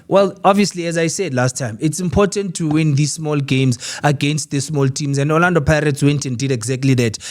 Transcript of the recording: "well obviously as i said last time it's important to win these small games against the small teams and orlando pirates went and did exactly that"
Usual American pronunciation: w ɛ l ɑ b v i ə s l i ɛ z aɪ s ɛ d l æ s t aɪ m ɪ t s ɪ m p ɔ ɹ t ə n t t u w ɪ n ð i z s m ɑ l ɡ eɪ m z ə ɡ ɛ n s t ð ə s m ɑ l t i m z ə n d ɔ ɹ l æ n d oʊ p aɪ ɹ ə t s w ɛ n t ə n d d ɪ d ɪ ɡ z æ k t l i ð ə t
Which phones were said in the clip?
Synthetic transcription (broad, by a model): w ɛ l ɑ b v i ə s l i ɛ z aɪ s ɛ d l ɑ s t aɪ m ɪ t s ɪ m p ɔ t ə n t t u w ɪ n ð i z s m ɑ l ɡ eɪ m z ə ɡ ɛ n s t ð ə s m ɑ l t i m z ə n d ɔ l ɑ n d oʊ p aɪ ɹ ə t s w ɛ n t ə n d d ɪ d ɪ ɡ z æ k t l i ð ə t